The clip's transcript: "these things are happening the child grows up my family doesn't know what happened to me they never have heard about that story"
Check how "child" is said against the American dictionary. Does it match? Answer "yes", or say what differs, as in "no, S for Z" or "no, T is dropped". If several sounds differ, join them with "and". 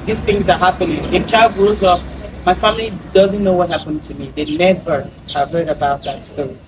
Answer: yes